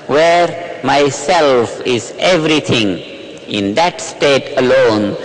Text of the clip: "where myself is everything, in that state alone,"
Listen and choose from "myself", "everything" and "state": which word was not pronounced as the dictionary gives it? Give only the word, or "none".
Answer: everything